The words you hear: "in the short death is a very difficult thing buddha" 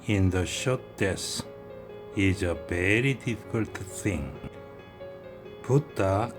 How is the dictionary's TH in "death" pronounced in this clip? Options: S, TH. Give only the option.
S